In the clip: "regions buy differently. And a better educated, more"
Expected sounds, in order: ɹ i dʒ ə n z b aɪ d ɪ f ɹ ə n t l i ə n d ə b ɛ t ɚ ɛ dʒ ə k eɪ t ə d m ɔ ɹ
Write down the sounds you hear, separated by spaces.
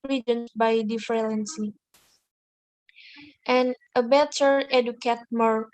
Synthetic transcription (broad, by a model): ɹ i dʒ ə n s b aɪ d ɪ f l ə n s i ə n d ə b ɛ t ɚ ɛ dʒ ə k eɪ t m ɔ ɹ